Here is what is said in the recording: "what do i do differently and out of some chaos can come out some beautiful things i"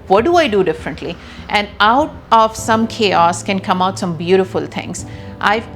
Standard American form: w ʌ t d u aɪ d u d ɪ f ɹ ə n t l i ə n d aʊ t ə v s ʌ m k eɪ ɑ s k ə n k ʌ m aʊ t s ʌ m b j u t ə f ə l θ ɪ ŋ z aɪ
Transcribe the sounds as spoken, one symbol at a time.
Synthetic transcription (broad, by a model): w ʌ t d u aɪ d u d ɪ f ɹ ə n t l i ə n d aʊ t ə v s ʌ m k eɪ ɑ s k ə n k ʌ m aʊ t s ʌ m b j u t ə f ə l t ɪ ŋ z aɪ